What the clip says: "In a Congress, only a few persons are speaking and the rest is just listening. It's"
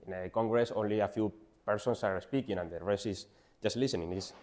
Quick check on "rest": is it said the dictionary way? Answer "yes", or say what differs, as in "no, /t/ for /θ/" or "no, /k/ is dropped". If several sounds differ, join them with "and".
no, /t/ is dropped